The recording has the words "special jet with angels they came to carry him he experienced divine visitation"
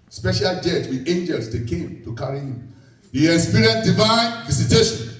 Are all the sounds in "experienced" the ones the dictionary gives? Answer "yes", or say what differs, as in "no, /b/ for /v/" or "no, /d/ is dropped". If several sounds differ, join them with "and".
no, /k/ is dropped